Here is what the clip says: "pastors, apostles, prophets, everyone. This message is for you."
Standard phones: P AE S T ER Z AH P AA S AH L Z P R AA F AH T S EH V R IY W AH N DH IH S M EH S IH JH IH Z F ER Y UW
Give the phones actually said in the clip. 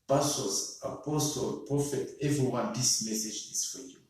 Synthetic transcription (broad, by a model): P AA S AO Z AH P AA S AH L P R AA F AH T EH V R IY W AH N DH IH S M EH S IH JH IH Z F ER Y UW